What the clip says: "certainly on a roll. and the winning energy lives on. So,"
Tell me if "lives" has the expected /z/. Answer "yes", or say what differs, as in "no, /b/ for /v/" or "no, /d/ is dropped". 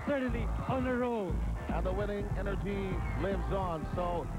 yes